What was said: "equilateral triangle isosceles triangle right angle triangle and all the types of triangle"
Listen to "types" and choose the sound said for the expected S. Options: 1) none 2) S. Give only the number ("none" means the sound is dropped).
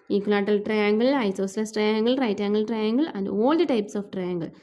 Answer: 2